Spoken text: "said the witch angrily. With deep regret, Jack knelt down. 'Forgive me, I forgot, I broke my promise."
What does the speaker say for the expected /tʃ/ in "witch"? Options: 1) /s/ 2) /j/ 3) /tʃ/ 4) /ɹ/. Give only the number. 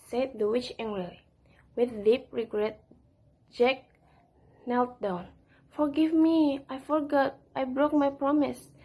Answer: 3